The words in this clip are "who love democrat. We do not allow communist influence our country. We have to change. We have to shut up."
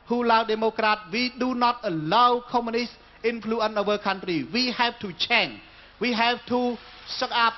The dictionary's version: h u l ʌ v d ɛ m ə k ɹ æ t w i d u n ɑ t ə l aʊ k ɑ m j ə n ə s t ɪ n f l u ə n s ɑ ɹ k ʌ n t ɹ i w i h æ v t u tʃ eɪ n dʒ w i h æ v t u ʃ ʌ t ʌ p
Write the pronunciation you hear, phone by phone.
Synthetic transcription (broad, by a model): h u l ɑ w d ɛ m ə k ɹ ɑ t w i d u n ɑ t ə l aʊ k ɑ m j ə n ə s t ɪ n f l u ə n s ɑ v k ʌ n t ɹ i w i h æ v t u tʃ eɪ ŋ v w i h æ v t u s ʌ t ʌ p